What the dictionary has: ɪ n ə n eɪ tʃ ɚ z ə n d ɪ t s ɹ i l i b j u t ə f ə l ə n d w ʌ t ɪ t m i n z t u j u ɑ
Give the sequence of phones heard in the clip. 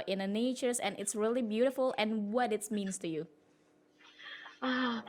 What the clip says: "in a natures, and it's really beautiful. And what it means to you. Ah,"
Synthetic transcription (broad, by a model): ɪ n ə n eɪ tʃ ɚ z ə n ɪ t s ɹ i l i b j u t ə f ə l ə n w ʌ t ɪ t m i n s t u j u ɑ